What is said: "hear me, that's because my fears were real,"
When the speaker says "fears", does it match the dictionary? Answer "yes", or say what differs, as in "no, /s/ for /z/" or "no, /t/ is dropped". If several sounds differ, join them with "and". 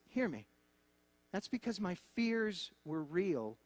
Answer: yes